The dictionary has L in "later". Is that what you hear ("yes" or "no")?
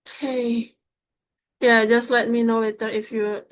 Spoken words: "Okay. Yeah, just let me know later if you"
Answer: no